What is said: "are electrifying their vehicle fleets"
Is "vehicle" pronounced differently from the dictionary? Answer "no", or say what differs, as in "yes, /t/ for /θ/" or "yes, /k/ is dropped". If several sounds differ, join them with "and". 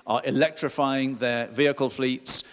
no